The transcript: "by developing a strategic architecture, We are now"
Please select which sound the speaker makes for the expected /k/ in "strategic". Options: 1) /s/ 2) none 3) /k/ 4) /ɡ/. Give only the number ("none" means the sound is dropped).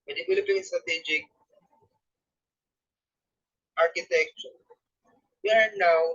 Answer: 3